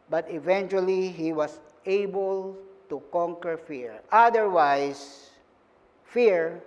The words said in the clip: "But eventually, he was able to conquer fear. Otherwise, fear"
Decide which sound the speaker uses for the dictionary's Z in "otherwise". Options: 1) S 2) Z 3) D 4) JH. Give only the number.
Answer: 1